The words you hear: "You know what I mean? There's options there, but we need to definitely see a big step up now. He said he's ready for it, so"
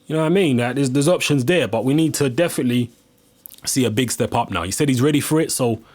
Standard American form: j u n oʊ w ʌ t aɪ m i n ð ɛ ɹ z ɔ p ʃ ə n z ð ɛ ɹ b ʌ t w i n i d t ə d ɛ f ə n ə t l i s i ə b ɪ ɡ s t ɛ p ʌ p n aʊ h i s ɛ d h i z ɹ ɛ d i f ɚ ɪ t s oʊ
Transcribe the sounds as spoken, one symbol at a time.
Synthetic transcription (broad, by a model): j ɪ n oʊ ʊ aɪ m i n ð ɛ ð z ɔ p ʃ ə n z ð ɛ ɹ b ʌ t w i n i d t ə d ɛ f ə n ə t l i s i ə b ɪ ɡ s t ɛ p ʌ p n aʊ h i s ɛ d h i z ɹ ɛ d i f ɚ ɪ t s oʊ